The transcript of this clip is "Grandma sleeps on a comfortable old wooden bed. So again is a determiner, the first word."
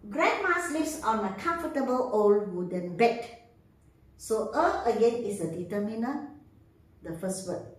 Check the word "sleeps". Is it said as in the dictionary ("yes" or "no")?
no